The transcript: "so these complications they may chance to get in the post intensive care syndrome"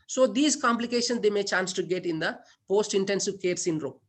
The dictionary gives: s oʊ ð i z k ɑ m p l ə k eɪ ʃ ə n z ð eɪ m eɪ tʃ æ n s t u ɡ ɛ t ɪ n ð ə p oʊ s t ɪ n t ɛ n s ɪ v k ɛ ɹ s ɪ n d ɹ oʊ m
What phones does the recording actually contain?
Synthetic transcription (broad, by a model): s oʊ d i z k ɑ m p l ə k eɪ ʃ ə n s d eɪ m eɪ tʃ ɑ n s t u ɡ ɛ t ɪ n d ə p oʊ s t ɪ n t ɛ n s ɪ v k ɛ ɹ s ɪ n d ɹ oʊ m